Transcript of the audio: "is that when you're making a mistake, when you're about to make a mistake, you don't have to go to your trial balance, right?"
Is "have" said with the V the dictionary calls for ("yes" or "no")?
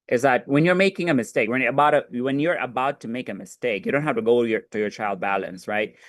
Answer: no